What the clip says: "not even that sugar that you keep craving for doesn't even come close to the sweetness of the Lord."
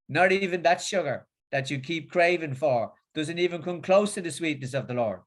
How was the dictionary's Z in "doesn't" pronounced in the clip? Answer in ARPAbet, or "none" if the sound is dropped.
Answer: Z